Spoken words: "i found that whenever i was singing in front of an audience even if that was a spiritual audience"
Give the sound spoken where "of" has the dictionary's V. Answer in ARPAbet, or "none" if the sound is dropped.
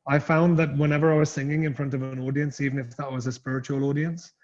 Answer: V